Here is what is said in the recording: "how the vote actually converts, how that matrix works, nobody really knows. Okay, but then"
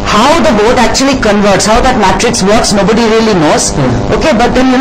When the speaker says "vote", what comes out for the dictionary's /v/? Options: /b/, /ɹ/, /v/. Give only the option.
/b/